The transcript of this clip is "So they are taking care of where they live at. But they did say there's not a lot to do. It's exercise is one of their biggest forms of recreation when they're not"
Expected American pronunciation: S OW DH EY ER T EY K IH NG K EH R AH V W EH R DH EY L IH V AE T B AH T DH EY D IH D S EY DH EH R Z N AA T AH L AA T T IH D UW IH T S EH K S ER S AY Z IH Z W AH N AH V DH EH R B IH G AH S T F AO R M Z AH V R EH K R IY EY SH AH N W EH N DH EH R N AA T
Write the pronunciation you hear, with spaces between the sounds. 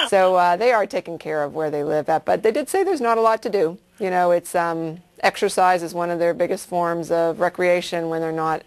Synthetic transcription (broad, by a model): S OW DH EY ER T EY K IH NG K EH R AH V W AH R DH EY L IH V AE T B AH T DH EY D IH D S EY DH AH R Z N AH T AH L AA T T IH D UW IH T S EH K S ER S AY Z IH Z W AH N AH V DH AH R B IH G AH S T F AO R M Z AH V R EH K R IY EY SH AH N W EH N DH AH R N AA T